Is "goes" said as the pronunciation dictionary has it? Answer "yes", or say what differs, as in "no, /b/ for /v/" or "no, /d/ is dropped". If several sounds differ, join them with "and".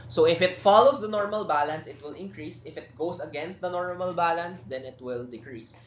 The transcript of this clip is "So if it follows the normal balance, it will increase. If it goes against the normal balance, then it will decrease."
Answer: no, /s/ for /z/